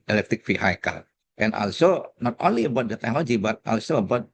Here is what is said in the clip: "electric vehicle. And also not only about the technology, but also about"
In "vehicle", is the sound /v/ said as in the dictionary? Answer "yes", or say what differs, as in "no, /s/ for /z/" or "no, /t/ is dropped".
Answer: no, /f/ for /v/